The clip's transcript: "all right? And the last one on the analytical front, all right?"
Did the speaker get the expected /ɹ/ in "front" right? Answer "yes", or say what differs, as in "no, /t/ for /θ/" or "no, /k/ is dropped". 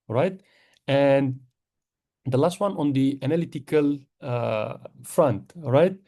yes